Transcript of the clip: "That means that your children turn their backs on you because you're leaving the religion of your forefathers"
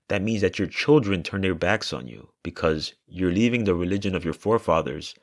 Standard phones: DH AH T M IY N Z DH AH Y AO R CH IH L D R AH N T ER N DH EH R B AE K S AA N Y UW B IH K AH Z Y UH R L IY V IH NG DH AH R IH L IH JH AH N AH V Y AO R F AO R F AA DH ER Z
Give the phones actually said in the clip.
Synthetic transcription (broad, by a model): DH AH T M IY N Z DH AH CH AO R CH IH L D R AH N T ER N DH EH R B AE K S N Y UW B IH K AH Z Y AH R L IY V IH NG DH AH R IH L IH JH AH N AH V Y AO R F AO R F AA DH ER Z